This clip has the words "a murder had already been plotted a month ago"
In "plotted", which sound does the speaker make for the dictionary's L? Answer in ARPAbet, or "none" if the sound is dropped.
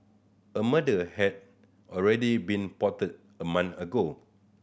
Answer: none